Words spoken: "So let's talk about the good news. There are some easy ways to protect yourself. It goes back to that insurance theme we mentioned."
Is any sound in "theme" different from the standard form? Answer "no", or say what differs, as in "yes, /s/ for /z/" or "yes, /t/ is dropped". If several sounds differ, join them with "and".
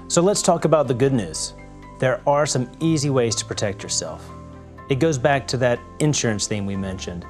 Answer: no